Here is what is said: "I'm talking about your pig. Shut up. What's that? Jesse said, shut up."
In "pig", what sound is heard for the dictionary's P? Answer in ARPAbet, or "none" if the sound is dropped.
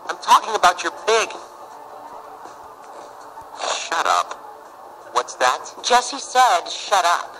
B